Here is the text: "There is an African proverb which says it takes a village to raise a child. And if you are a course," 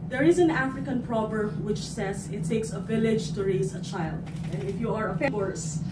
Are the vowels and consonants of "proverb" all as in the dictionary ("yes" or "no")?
no